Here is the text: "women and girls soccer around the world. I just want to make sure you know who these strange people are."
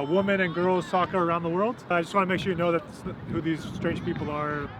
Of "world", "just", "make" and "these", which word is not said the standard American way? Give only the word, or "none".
none